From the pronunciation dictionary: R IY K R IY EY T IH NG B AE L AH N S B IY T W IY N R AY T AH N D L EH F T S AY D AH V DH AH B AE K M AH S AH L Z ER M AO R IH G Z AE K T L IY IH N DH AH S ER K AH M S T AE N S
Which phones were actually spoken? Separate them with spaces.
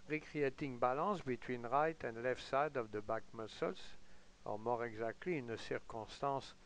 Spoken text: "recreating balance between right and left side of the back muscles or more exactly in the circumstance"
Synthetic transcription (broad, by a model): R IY K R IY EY T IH NG B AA L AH S B IY T W IY N R AY T AH N D L EH F T S AY D AH V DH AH B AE K M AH S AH L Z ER M AO R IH G Z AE K T L IY IH N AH S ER K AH S T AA S